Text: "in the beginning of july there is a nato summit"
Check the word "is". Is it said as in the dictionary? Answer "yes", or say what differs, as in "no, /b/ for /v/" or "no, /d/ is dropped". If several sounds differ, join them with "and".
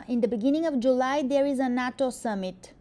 yes